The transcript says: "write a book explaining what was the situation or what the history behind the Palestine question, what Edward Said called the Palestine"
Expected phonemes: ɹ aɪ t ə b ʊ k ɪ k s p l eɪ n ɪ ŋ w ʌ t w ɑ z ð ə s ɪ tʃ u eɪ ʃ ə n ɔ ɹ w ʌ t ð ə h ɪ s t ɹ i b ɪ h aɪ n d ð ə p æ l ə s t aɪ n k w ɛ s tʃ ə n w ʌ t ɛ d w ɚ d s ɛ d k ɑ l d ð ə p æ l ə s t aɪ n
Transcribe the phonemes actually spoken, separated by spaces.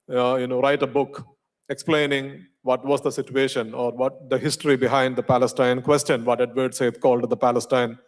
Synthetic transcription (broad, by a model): ɹ aɪ t ə b ʊ k ɪ k s p l eɪ n ɪ ŋ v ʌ t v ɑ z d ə s ɪ tʃ u eɪ ʃ ə n ɔ ɹ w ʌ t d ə h ɪ s t ɹ i b ɪ h aɪ n d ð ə p æ l ə s t aɪ n k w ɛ s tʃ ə n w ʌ t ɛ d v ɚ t s ɛ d k ɑ l d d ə p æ l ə s t aɪ n